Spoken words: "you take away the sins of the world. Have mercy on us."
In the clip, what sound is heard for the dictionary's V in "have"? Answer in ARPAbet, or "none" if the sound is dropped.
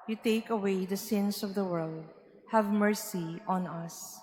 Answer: V